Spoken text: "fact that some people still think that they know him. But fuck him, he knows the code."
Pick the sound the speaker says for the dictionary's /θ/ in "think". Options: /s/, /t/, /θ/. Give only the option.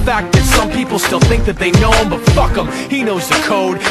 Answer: /θ/